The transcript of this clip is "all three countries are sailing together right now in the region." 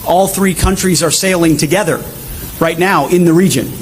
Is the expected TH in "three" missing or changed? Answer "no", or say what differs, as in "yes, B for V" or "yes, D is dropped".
no